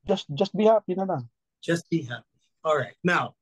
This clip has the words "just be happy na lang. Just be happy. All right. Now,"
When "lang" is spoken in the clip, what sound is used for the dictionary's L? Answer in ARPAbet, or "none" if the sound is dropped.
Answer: N